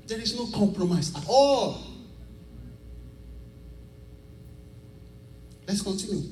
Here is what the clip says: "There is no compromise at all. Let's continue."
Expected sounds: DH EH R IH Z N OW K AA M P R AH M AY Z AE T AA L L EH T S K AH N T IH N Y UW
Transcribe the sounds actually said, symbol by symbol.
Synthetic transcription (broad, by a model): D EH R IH S N OW K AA M P R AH M AY S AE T AA L L EH T S K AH N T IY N Y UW